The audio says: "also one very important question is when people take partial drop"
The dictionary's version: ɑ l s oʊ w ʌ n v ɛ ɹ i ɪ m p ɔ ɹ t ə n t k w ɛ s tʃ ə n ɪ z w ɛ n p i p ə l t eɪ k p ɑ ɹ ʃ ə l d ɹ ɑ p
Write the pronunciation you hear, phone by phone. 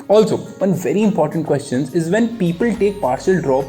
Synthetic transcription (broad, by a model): ɑ l s oʊ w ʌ n v ɛ ɹ i ɪ m p ɔ ɹ t ə n t k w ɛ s tʃ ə n ɪ z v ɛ n p i p ə l t eɪ k p ɑ ɹ ʃ ə l d ɹ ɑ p